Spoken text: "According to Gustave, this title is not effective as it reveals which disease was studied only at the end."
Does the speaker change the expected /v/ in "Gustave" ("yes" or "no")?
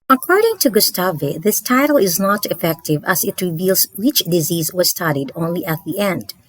no